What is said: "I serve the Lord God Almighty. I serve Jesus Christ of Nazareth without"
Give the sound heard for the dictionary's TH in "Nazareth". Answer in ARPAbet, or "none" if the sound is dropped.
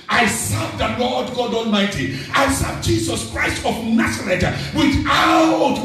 T